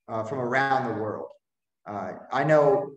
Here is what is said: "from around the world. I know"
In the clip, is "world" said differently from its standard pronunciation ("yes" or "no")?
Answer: no